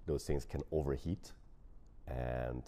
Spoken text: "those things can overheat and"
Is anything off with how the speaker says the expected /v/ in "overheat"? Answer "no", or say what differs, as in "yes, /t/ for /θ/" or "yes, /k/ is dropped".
no